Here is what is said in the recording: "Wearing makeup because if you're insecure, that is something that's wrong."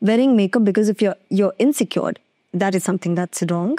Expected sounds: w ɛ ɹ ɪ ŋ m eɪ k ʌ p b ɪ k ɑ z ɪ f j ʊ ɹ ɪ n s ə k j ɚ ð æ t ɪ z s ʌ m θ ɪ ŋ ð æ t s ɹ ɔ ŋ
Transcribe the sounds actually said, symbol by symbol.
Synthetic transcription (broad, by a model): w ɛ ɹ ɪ ŋ m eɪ k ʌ b b ɪ k ɑ z ɪ f j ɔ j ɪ n s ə k j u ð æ t ɪ z s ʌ m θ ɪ ŋ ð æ t s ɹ ɔ ŋ